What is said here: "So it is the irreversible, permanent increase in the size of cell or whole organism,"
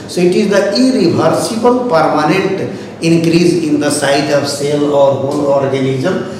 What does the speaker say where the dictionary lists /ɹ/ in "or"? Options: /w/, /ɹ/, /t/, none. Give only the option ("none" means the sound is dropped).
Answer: /ɹ/